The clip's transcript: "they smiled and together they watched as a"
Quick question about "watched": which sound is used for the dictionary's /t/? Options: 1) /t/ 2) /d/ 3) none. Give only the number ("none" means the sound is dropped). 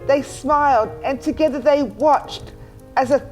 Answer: 1